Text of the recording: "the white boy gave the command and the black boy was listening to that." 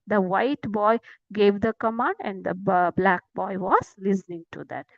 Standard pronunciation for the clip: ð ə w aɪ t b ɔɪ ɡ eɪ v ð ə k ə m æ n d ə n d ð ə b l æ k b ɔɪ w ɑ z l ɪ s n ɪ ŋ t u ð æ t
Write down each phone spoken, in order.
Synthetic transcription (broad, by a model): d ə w aɪ t b ɔɪ ɡ eɪ v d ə k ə m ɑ n d ə n d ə b l æ k b ɔɪ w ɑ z l ɪ s n ɪ ŋ t u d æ t